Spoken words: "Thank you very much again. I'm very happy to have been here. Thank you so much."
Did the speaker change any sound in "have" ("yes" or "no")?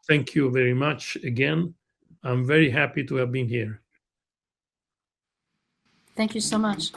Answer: no